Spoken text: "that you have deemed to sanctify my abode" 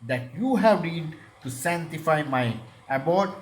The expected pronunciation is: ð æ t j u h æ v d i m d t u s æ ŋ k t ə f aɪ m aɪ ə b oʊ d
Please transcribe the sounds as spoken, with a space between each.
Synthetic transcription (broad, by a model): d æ t j u h æ v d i d t u s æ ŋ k t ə f aɪ m aɪ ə b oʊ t